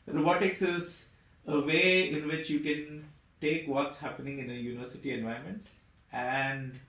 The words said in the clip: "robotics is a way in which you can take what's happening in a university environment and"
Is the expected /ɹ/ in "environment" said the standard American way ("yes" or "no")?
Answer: no